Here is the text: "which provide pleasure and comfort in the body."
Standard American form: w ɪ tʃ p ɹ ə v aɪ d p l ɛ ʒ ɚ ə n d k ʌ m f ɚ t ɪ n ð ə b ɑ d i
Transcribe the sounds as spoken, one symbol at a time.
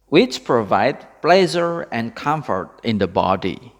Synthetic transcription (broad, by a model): w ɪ tʃ p ɹ ə v aɪ d p l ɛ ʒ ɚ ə n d k ʌ m f ɚ t ɪ n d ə b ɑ d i